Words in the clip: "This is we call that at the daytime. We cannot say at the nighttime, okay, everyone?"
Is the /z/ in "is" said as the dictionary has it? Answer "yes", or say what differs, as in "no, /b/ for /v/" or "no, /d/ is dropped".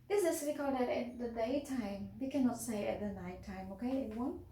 no, /s/ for /z/